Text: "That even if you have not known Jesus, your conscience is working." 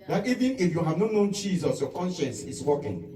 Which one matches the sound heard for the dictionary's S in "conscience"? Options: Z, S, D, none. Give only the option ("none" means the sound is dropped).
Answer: S